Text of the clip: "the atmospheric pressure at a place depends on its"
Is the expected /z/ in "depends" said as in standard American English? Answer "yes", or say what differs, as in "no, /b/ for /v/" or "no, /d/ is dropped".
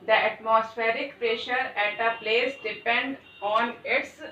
no, /z/ is dropped